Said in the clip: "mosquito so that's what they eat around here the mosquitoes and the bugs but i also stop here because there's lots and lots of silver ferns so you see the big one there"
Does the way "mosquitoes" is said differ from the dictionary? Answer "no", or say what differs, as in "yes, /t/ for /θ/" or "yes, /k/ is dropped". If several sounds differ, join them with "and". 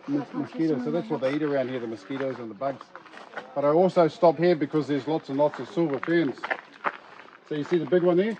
no